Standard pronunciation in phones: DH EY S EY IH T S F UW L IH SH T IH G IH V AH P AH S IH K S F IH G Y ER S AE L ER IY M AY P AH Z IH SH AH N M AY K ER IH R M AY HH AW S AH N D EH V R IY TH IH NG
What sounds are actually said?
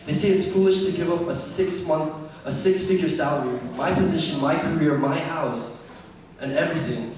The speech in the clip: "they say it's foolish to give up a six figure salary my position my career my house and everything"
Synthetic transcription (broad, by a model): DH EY S EY IH T S F UW L IH SH T IH G IH V AH P AH S IH K S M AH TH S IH S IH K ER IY M AY P AH Z IH SH AH N M AY K ER IH R M AY HH AW S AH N EH V R IY TH IH NG